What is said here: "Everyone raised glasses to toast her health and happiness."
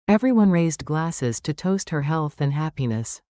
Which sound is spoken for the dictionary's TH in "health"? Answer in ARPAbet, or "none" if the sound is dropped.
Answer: TH